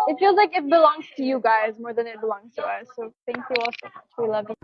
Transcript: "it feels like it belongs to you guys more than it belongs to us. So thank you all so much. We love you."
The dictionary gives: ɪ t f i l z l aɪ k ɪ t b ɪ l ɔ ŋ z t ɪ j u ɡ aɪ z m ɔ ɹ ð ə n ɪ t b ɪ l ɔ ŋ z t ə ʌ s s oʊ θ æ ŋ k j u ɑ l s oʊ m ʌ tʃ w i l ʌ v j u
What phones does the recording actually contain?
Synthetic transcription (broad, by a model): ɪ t f i l z l aɪ k ɪ t b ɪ l ɔ ŋ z t ɪ j u ɡ aɪ z m ɔ ɹ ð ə n ɪ t b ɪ l ɔ ŋ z t ə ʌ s s oʊ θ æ ŋ k j u ɑ l s oʊ m ʌ tʃ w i l ʌ v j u